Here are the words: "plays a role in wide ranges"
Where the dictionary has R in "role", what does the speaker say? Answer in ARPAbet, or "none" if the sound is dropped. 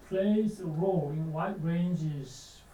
R